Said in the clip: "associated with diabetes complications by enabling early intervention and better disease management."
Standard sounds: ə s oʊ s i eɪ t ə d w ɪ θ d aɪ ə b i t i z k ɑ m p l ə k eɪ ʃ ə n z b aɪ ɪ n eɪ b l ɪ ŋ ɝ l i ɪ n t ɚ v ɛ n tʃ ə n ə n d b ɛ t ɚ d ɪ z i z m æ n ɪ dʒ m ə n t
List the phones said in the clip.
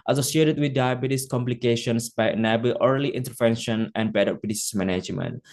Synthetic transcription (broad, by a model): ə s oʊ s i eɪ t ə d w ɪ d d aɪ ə b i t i s k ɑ m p l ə k eɪ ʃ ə n s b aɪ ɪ n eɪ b ɪ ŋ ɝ l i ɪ n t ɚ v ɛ n ʃ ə n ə n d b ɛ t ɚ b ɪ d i s m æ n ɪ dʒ m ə n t